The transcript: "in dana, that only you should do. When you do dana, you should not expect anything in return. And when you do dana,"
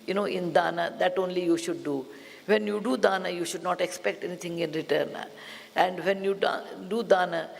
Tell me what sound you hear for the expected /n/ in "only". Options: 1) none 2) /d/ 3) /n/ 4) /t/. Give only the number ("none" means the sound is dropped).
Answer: 3